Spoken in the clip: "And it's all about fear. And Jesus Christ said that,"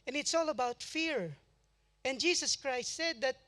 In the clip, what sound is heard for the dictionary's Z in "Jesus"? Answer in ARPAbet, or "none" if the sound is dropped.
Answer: S